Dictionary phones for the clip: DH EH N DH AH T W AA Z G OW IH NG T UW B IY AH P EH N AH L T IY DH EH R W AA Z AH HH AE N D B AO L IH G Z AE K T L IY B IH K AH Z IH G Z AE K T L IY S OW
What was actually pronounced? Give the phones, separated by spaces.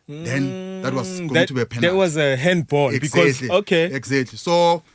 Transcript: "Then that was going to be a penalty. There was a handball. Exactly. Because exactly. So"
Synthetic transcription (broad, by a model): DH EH N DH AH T W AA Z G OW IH T UW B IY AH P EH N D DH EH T W AA Z AH HH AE N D B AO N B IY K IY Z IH K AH IH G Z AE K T L IY S OW